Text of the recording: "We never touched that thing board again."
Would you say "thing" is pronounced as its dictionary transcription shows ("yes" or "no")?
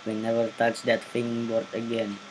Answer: no